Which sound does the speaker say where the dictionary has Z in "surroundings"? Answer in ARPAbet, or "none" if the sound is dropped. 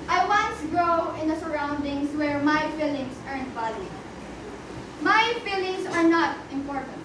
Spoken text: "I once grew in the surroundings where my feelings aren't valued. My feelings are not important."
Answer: S